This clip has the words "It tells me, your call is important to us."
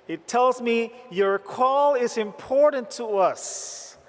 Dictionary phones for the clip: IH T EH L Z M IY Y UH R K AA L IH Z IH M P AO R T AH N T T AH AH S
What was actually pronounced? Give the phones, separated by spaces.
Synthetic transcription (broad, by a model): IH T EH L Z M IY Y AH R K AA L IH Z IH M P AO R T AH N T T AH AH S